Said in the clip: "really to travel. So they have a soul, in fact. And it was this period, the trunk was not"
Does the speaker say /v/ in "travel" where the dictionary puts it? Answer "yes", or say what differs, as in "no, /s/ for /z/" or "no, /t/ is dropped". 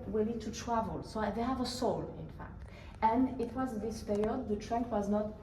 yes